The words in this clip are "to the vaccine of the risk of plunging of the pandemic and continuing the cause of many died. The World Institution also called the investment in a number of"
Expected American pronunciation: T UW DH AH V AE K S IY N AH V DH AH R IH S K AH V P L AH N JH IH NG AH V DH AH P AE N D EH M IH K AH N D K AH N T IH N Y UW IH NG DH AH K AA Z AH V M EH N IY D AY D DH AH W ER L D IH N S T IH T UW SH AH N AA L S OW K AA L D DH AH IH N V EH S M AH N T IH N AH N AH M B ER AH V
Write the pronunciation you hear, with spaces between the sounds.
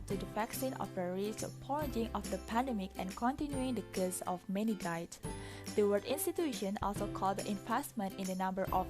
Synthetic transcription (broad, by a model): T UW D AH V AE K S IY N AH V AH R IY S AH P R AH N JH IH NG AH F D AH P AE N D EH M IH K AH N K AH N T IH N Y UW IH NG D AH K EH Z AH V M EH N IY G AY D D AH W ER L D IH N S T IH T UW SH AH N AA L S OW K AA L D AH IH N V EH S M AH N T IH N AH N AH M B ER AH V